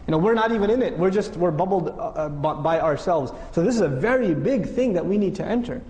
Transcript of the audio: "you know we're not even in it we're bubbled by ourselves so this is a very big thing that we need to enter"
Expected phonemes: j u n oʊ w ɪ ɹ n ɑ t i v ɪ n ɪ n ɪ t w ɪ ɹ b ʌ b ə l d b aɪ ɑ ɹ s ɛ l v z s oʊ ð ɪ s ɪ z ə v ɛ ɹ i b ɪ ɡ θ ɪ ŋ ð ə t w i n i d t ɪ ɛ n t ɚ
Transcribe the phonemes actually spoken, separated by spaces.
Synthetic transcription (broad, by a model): j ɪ n oʊ w ɪ ɹ n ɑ t i v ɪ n ɪ n ɪ t w ɪ ɹ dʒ ʌ b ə l d b aɪ ɑ ɹ s ɛ l v z s oʊ ð ɪ s ɪ z ə v ɛ ɹ i b ɪ ɡ θ ɪ ŋ ð ə t w i n i d t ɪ ɛ n t ɚ